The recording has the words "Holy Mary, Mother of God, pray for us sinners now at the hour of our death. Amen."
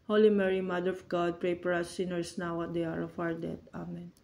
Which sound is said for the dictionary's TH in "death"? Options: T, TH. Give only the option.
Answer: T